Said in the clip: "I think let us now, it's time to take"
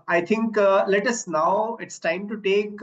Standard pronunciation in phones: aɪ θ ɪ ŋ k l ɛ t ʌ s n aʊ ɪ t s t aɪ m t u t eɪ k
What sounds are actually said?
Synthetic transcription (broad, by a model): aɪ t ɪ ŋ k l ɛ t ʌ s n aʊ ɪ t s t aɪ m t u t eɪ k